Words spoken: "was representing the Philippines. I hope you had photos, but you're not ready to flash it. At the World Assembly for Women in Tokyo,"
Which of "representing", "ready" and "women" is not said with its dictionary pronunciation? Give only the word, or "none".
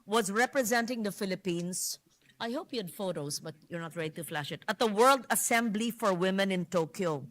none